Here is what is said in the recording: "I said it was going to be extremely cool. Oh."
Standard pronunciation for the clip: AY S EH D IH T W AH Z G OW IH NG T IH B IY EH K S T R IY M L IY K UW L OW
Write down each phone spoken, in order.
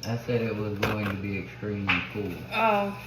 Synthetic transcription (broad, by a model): AY S EH D IH T W AH Z G OW IH NG T IH B IY EH K S T R IY M L IY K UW L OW